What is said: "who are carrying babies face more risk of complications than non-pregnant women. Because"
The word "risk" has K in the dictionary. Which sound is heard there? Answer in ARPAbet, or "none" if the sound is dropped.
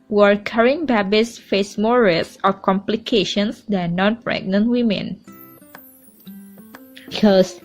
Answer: none